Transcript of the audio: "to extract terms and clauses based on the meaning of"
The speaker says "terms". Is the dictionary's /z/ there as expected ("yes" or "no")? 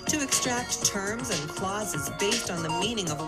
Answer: yes